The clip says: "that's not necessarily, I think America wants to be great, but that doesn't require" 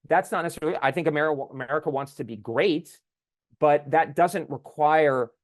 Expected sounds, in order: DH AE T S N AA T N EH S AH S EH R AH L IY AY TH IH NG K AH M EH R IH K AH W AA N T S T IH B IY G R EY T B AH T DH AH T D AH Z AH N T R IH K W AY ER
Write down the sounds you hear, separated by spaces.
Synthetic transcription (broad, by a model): DH AE T S N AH T N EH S S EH L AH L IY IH TH IH NG K AH M EH R IH K AH W AA N T S T IH B IY G R EY T B AH T DH AH T D AH Z AH N T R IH K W AY ER